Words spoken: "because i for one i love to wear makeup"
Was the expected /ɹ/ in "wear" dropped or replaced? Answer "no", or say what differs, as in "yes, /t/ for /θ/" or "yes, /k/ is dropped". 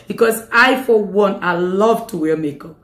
yes, /l/ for /ɹ/